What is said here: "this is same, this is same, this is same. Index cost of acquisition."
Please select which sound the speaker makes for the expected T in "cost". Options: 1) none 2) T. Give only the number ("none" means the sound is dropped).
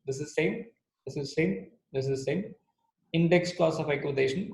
1